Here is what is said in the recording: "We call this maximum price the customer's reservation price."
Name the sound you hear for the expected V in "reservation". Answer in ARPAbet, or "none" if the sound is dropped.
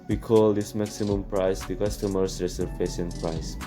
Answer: P